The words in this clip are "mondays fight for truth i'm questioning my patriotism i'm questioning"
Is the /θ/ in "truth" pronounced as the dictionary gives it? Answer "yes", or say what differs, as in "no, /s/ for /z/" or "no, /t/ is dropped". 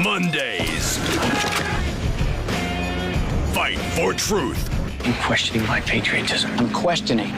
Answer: yes